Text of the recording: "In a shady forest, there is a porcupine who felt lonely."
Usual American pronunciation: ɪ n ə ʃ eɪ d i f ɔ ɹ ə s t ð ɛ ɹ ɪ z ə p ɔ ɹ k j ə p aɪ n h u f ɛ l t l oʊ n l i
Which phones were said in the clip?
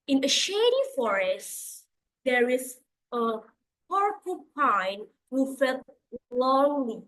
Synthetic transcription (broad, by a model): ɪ n ə ʃ eɪ d i f ɔ ɹ ə s t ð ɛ ɹ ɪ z ə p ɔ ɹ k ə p aɪ n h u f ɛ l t l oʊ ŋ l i